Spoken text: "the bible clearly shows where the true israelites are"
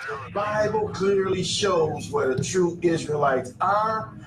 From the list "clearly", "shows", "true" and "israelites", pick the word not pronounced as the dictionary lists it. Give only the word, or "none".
none